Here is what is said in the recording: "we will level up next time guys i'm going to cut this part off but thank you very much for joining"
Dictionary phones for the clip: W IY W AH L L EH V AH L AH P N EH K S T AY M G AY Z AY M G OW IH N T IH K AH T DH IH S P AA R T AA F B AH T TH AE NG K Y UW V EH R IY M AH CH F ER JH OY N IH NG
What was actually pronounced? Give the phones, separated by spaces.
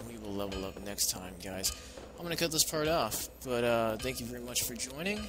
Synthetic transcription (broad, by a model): W IY W AH L L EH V L AH P N EH K S T AY M G AY Z AY M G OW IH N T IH K AH T DH IH S P AA R T AA F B AH T TH AE NG K Y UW V EH R IY M AH CH F ER JH OY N IH NG